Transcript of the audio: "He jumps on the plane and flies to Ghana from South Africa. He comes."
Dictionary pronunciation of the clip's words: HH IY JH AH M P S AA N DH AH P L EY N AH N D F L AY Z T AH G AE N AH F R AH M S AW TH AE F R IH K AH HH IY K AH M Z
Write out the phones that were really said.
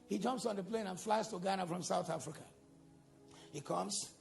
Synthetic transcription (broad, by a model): HH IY JH AH M P S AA N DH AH P L EY N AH N F L AY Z T AH G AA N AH F R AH M S AW TH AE F R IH K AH HH IY K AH M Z